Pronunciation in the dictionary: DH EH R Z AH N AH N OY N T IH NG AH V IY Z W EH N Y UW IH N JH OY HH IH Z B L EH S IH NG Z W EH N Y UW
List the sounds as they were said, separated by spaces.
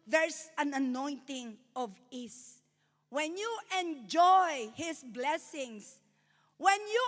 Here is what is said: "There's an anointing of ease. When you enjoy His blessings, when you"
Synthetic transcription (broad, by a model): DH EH R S AH N AH N OY N T IH NG AH V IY S W EH N Y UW IH N JH OY HH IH S B L EH S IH NG S W EH N Y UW